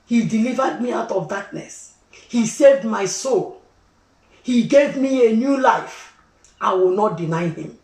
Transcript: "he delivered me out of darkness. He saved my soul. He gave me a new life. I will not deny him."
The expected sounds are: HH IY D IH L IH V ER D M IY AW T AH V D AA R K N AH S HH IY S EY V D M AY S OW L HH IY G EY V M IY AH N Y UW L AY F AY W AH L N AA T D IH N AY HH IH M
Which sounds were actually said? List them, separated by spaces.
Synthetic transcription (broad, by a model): HH IY D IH L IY V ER D M IY AW T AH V D AA K N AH S HH IY S EY V D M AY S OW L HH IY G EY V M IY AH N Y UW L AY F AY W AH L N AA T D IH N AY HH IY M